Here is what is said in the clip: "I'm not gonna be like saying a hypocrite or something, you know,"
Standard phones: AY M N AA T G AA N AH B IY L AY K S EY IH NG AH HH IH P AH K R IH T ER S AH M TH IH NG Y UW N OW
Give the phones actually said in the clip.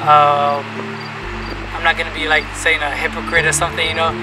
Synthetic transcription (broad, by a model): AY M N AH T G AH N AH B IY L AY K S EY IH NG AH HH IH P AH K R IH T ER S AH M TH IH NG Y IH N OW